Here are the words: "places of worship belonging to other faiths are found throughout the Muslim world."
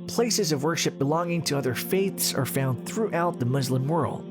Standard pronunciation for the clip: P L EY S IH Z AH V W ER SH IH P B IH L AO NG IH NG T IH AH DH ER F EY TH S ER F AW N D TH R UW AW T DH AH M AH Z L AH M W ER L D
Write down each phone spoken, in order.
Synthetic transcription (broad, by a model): P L EY S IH Z AH V W ER SH IH P B IH L AO NG IH NG T IH AH DH ER F EY TH S ER F AW N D TH R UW AW T DH AH M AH Z L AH M W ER L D